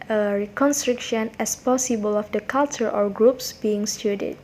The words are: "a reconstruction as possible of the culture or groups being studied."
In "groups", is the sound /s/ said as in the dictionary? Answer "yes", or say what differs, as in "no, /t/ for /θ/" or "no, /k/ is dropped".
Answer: yes